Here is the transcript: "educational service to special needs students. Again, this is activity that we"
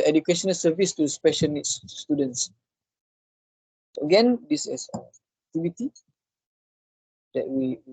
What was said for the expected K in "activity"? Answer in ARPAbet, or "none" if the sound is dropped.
none